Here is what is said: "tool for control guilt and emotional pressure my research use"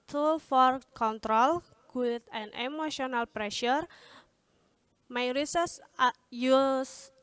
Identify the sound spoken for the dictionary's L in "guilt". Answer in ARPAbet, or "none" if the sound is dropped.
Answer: none